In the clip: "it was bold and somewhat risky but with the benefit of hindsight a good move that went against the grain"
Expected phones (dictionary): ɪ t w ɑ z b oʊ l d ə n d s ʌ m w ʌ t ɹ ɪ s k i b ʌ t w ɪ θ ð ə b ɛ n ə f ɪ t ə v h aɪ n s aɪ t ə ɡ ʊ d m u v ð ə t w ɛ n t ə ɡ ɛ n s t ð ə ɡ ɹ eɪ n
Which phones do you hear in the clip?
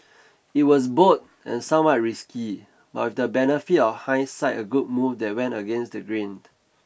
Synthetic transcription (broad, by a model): ɪ t w ɑ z b oʊ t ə n s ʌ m w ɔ t ɹ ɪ s k i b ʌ t w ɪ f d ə b ɛ n ə f ɪ t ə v h aɪ s aɪ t ə ɡ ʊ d m u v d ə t w ɛ n t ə ɡ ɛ n s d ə ɡ ɹ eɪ n